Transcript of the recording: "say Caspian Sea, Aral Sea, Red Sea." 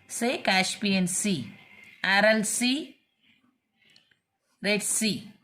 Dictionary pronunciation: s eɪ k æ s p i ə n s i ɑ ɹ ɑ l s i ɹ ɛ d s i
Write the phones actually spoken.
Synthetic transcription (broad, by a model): s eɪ k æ ʃ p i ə n s i ɑ ɹ ɑ l s i ɹ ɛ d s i